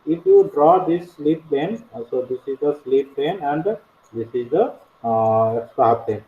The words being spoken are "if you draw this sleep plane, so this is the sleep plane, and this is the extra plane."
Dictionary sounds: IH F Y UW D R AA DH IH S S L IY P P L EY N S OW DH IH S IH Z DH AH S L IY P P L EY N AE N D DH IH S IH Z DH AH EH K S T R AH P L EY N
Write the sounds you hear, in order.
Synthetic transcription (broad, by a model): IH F Y UW D R AA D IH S S L IY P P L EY N S OW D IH S IH Z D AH S L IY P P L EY N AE N D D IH S IH Z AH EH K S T AH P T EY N